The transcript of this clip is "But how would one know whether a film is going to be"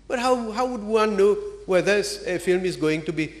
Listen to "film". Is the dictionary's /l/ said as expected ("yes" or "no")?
yes